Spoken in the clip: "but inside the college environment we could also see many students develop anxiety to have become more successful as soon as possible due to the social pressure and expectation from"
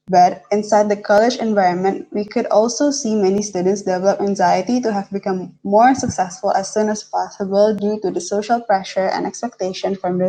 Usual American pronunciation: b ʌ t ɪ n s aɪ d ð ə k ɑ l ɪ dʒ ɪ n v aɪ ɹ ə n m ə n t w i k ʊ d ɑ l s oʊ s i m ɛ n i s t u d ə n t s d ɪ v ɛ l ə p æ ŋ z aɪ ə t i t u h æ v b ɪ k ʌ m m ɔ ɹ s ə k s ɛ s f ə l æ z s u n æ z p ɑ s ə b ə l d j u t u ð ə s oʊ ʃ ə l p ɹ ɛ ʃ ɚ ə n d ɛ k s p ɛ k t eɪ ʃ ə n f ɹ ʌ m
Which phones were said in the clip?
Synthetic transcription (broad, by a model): b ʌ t ɪ n s aɪ d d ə k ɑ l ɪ dʒ ɪ n v aɪ ɹ ə n m ə n t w i k ʊ d ɑ l s oʊ s i m ɛ n i s t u d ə n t s d ɪ v ɛ l ə p æ ŋ z aɪ ə t i t u h æ v b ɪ k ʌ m m ɔ ɹ s ə k s ɛ s f ə l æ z s u n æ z p ɑ s ə b ə l d j u t u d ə s oʊ ʃ ə l p ɹ ɛ ʃ ɚ ə n d ɛ k s p ɛ k t eɪ ʃ ə n f ɹ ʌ m